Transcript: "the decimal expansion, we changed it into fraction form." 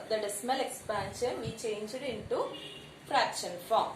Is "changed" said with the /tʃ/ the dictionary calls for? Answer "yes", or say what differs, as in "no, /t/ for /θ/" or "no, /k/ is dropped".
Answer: yes